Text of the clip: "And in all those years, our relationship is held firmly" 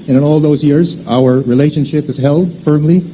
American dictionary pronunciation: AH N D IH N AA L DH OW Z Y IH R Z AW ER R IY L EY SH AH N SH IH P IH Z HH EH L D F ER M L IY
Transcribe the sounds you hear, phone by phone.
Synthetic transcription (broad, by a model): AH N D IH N AA L DH OW Z Y IH R Z AW ER R IY L EY SH AH N SH IH P IH Z HH EH L D F ER M L IY